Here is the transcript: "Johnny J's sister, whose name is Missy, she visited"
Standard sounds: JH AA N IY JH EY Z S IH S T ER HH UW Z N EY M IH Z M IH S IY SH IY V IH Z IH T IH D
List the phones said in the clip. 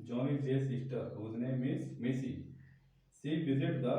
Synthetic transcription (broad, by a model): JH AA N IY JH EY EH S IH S T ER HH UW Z N EY M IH S M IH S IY S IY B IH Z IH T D